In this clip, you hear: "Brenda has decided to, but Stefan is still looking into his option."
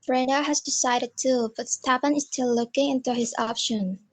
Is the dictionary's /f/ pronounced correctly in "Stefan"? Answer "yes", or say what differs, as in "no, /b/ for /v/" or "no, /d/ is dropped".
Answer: no, /p/ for /f/